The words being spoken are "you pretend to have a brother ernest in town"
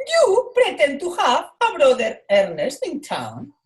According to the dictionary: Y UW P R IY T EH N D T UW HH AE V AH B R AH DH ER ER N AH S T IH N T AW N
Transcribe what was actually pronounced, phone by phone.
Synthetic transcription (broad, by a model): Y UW P R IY T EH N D T UW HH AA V AH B R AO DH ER ER N AH S T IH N T AW N